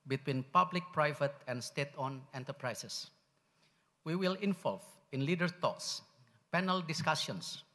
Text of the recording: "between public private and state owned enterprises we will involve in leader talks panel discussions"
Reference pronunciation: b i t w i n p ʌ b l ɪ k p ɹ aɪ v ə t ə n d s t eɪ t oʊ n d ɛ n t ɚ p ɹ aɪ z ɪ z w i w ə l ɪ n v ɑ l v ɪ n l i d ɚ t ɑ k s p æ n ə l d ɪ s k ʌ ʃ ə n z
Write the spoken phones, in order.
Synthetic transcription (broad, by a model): b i t w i n p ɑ b l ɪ k p ɹ aɪ v ə t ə n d s t eɪ t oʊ n ɛ n t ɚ p ɹ aɪ s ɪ s w i w ə l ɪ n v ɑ l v ɪ n l i d ɚ t ɑ k s p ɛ n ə l d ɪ s k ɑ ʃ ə n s